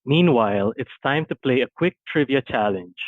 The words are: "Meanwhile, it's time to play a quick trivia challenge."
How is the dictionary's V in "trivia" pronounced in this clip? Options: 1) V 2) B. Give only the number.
1